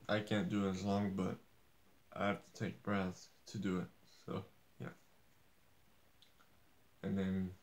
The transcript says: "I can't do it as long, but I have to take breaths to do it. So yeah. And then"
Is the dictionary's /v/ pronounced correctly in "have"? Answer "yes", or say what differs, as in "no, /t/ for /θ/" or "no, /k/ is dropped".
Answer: no, /f/ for /v/